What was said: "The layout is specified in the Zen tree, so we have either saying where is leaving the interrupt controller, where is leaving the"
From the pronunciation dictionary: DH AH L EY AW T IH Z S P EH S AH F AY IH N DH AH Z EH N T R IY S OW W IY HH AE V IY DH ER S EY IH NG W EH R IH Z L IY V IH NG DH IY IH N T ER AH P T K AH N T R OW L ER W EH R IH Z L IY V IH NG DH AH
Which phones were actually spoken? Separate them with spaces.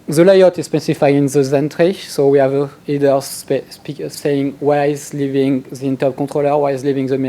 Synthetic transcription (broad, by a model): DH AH L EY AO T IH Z S P EH S AH F AY IH N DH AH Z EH N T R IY S OW W IY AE V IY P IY S EY IH NG W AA IH Z L IY V IH NG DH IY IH N T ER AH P K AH T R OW L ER W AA IH Z L IY V IH NG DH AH